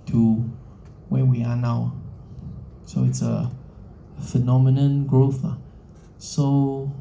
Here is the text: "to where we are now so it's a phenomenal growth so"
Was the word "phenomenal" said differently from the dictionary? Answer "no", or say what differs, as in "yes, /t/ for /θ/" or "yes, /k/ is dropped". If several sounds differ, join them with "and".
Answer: yes, /n/ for /l/